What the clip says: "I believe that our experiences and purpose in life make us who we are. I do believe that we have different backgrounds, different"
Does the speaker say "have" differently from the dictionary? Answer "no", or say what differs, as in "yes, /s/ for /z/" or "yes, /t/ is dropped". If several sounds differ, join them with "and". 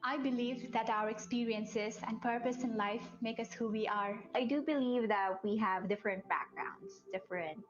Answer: no